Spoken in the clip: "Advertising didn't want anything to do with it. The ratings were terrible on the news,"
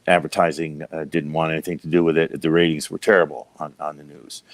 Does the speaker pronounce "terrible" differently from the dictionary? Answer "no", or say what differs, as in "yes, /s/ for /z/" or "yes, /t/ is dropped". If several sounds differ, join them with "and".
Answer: yes, /n/ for /l/